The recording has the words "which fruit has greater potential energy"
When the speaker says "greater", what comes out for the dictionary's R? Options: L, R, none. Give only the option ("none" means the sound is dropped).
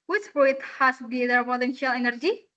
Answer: none